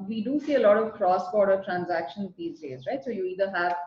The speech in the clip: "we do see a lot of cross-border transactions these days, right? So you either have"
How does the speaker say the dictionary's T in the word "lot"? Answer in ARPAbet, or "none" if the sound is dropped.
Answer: T